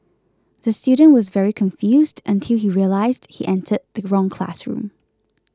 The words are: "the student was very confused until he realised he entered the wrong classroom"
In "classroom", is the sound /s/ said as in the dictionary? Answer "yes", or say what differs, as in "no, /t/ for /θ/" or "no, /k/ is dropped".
yes